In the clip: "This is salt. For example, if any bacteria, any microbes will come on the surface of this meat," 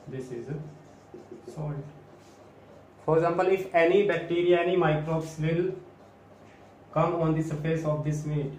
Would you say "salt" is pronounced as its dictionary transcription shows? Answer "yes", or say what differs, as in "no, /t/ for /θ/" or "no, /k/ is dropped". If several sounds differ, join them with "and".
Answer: no, /l/ is dropped